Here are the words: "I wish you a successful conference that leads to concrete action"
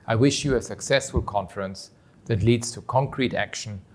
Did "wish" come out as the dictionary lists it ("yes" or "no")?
yes